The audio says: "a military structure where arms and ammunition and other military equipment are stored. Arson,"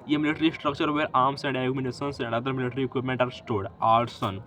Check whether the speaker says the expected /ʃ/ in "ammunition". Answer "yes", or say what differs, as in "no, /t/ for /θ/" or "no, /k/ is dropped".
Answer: no, /s/ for /ʃ/